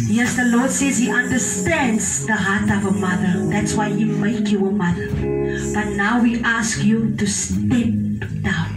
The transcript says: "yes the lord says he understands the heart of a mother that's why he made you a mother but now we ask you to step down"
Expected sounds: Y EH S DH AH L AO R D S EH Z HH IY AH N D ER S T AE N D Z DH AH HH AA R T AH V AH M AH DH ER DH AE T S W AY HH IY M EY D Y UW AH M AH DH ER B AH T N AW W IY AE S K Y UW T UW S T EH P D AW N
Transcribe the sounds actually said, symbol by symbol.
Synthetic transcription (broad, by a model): Y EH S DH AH L AO R D S EH Z HH IY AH N D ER S T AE N D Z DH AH HH AA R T AH V AH M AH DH ER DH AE T S W AY HH IY M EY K Y UW AH M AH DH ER B AH T N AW W IY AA S K Y UW T UW S T EH P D AW N